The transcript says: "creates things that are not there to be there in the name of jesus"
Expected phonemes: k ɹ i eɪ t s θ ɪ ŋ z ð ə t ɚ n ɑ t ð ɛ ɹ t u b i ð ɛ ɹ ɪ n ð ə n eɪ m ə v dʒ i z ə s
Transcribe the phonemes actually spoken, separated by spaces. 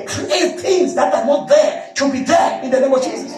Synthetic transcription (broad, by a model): k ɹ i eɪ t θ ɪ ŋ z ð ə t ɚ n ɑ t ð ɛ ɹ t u b i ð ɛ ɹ ɪ n ð ə n eɪ m ə v dʒ i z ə s